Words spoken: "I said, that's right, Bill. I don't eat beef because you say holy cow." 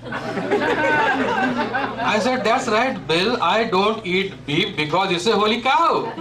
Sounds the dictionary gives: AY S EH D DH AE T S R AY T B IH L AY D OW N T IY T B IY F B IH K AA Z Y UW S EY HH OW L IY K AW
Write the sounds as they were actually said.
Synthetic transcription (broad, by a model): AY S EH D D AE T S R AY T B IH L AY D OW N T IY T B IY P B IH K AA Z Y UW S EY HH OW L IY K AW